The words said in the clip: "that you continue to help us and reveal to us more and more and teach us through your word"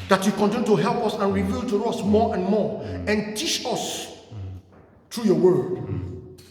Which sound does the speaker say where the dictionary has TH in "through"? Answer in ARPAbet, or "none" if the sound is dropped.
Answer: T